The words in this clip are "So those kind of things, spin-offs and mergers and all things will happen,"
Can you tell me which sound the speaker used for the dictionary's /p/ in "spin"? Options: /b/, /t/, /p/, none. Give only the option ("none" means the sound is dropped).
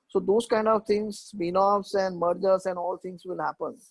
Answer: /b/